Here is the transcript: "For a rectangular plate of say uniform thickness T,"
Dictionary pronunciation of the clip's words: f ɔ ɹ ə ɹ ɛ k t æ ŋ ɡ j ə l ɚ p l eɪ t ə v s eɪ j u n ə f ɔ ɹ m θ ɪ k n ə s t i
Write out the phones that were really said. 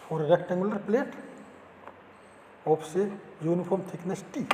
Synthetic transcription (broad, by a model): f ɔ ɹ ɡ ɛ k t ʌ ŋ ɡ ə l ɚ p l eɪ t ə p s eɪ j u n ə p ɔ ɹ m t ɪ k n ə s t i